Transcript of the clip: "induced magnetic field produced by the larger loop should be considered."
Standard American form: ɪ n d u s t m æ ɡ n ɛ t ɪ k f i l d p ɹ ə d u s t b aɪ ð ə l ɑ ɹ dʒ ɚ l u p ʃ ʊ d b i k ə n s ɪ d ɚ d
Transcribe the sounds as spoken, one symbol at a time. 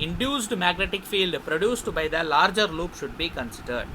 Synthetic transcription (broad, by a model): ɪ n d u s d m æ ɡ n ɛ t ɪ k f i l d p ɹ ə d u s t b aɪ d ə l ɑ ɹ dʒ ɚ l u p ʃ ʊ d b i k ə n s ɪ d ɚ d